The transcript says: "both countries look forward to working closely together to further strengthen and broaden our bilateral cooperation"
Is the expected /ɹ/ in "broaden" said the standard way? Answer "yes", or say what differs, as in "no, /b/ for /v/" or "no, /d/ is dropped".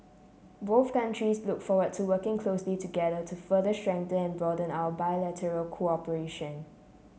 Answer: no, /ɹ/ is dropped